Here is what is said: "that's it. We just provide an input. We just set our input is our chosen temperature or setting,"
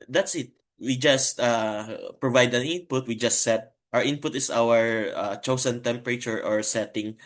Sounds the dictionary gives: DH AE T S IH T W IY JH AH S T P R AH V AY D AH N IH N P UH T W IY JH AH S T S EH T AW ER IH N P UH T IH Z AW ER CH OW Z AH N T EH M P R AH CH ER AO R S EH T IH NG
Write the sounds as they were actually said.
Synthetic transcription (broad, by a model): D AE T S IH T W IY JH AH S T P R AH V AY D AH N IH N P UH T W IY JH AH S T S EH T AW ER IH N P UH T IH S AW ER CH OW S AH N T EH M P R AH CH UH AO R S EH T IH NG